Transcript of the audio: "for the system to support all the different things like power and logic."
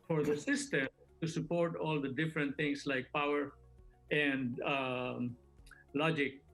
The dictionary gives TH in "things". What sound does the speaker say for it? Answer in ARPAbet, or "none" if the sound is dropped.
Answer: T